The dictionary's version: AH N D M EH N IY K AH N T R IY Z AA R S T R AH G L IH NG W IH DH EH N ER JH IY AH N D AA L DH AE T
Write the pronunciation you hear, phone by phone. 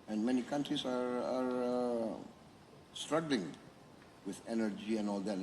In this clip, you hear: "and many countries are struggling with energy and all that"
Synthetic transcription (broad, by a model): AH N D M EH N IY K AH N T R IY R AA R S T R AH G L IH NG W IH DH EH N ER JH IY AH N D AA L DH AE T